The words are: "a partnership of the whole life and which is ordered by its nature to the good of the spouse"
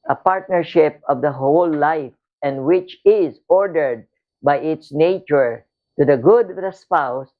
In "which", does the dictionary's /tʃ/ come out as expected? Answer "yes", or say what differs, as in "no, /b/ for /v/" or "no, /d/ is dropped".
yes